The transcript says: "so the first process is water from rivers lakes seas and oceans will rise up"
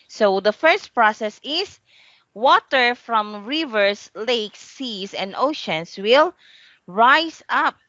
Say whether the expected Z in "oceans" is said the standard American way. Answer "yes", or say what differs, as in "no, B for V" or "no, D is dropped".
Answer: no, S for Z